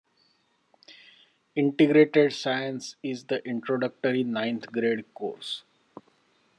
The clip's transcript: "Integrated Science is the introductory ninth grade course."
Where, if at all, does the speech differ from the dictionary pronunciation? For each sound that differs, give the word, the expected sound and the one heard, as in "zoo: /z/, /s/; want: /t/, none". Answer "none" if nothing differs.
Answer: ninth: /θ/, /t/